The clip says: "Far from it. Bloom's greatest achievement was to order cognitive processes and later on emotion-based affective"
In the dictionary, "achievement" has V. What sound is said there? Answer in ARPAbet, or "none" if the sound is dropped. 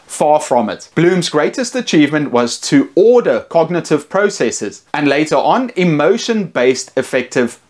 V